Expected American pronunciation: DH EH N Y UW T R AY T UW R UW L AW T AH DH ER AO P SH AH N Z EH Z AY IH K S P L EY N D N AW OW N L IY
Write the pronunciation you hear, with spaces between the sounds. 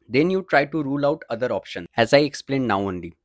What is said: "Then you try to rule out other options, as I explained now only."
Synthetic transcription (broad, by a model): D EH N Y UW T R AY T UW R UW L AW T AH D ER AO P SH AH N EH Z AY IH K S P L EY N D N AW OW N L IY